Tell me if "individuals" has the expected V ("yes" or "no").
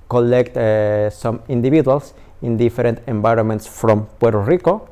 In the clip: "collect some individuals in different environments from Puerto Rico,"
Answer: no